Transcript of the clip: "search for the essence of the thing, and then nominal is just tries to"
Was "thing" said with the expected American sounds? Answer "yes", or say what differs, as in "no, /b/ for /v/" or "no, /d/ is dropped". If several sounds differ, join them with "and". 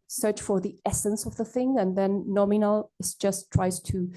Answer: yes